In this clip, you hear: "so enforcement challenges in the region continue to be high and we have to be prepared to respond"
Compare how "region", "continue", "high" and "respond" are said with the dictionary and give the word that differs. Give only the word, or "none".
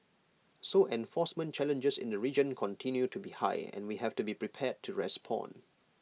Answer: respond